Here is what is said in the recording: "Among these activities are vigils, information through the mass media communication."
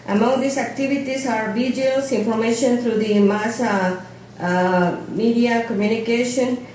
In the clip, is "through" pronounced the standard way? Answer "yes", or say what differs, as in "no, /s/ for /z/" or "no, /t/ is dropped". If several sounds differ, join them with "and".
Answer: no, /t/ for /θ/